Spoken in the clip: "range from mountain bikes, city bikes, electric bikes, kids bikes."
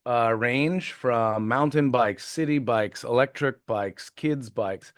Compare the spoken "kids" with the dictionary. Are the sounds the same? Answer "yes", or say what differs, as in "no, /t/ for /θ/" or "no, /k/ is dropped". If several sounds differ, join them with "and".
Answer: yes